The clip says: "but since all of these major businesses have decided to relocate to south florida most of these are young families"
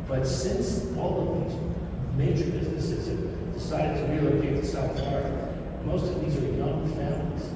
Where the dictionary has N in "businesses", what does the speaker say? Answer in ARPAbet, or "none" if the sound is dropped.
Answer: none